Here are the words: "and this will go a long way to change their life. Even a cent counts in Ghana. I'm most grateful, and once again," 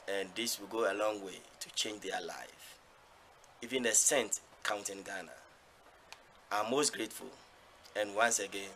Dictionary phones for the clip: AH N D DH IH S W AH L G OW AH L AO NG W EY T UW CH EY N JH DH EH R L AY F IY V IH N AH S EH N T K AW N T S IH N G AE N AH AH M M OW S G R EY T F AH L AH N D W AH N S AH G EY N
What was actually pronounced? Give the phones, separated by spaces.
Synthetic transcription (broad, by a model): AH N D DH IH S W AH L G OW AH L AO NG W EY T UW CH EY N JH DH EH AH L AY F IY V IH N AH S EH N T K AW N T IH N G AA N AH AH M M OW S G R EY T F AH L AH N W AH N S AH G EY N